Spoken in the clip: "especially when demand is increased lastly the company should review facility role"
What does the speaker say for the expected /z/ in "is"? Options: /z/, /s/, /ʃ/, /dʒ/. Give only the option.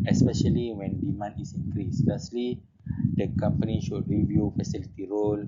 /s/